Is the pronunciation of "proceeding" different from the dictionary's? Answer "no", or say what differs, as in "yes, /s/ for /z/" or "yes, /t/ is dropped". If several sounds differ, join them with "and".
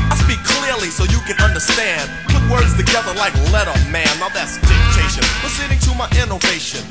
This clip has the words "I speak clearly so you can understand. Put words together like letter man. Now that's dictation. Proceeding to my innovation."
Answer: yes, /f/ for /p/